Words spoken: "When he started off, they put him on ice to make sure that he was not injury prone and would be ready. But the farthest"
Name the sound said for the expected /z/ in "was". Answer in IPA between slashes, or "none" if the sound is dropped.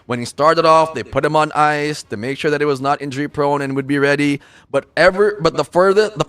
/z/